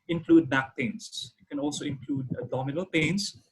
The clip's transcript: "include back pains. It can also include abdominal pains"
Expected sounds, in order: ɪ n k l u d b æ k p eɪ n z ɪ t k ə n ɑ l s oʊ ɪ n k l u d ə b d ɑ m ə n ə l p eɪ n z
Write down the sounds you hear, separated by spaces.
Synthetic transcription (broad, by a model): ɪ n k l u d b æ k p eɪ n s ɪ t k ə n ɑ l s oʊ ɪ n k l u d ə d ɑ m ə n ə l p eɪ n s